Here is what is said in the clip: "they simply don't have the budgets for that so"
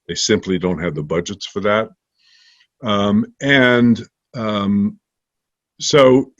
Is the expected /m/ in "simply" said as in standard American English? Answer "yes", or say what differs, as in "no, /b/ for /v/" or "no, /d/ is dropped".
yes